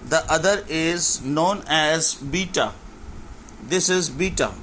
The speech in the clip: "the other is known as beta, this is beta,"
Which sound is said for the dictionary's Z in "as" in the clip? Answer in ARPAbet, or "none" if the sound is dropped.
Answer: Z